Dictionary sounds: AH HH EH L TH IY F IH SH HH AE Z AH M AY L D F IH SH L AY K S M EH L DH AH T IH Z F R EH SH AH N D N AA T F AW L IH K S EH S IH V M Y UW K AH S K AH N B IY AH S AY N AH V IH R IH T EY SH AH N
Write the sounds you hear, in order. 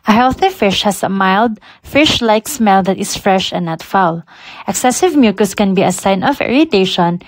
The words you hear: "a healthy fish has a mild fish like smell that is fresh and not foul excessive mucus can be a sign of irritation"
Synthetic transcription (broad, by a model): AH HH EH L TH IY F IH SH HH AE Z AH M AY L D F IH SH L AY K S M EH L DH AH T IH S F R EH SH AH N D N AA T F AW L IH K S EH S IH V M Y UW K AH S K AH N B IY AH S AY N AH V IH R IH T EY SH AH N